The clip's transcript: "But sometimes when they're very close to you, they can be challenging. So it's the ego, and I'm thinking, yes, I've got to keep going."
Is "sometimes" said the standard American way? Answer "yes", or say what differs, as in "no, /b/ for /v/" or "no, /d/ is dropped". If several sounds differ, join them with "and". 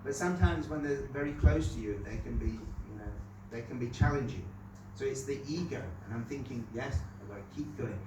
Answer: yes